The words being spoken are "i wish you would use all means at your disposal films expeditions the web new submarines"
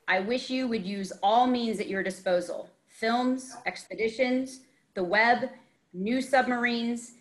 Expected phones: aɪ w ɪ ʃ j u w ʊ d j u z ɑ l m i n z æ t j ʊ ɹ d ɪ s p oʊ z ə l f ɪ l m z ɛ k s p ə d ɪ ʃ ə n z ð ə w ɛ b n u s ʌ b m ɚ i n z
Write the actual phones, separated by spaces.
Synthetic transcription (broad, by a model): aɪ w ɪ ʃ j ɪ w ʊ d j u z ɑ l m i n z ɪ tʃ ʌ ɹ d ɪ s p oʊ z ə l f ɪ l m z ɛ k s p ə d ɪ ʃ ə n z ð ə w ɛ b n u s ʌ b m ɚ i n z